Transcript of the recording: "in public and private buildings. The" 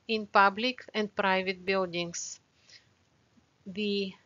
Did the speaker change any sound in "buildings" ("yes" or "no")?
yes